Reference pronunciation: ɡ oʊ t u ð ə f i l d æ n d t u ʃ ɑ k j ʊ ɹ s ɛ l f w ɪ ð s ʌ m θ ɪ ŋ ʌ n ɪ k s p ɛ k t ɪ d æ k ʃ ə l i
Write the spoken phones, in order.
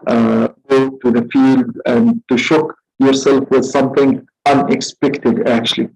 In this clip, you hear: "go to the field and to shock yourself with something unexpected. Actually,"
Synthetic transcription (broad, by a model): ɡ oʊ t u ð ə f i l d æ n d t u ʃ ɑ k j ʊ ɹ s ɛ l f w ɪ ð s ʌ m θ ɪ ŋ ʌ n ɪ k s p ɛ k t ɪ d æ k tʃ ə l i